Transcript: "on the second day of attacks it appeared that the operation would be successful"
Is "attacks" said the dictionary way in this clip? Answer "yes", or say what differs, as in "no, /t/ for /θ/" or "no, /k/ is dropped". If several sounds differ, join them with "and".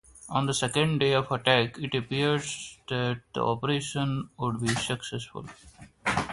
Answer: no, /s/ is dropped